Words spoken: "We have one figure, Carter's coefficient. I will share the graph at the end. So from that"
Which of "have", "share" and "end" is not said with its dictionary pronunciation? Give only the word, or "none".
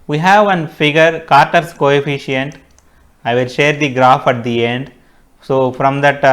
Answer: none